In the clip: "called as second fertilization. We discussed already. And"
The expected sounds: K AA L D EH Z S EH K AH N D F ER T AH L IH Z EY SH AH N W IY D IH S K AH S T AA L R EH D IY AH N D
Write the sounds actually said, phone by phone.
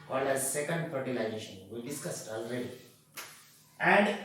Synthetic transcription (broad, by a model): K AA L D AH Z S EH K AH N D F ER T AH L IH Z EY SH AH N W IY D IH S K AH S T AA L R EH D IY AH N D